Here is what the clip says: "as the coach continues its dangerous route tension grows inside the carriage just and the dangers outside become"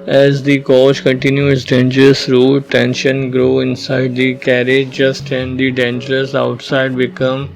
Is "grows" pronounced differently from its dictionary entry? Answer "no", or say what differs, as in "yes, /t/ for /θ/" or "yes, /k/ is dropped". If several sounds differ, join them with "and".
yes, /z/ is dropped